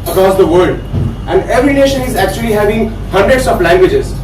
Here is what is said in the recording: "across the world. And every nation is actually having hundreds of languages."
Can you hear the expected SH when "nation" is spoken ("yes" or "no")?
yes